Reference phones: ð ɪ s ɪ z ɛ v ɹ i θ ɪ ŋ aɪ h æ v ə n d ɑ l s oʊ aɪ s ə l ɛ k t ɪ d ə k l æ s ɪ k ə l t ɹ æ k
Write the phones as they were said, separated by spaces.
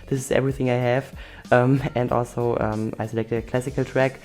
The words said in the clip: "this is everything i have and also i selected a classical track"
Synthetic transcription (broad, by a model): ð ɪ s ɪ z ɛ v ɹ i θ ɪ ŋ aɪ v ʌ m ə n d ɑ l s oʊ aɪ s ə l ɛ k t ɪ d ə k l æ s ɪ k ə l t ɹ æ k